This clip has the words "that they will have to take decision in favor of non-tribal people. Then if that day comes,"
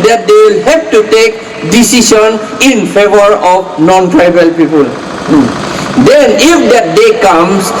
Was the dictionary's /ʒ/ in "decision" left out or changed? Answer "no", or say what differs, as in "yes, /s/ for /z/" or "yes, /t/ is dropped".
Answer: yes, /s/ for /ʒ/